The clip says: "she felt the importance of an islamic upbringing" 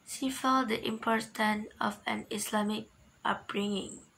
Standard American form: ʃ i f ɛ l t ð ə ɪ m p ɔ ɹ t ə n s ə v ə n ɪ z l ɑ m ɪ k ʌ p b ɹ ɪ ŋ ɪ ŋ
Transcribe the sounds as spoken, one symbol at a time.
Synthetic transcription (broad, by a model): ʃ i f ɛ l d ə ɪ m p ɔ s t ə n ə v ə n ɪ s l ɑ m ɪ k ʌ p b ɹ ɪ ŋ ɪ ŋ